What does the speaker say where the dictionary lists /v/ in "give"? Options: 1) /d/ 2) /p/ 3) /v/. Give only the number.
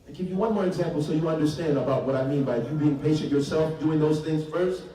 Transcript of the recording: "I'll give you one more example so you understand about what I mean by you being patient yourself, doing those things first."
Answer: 3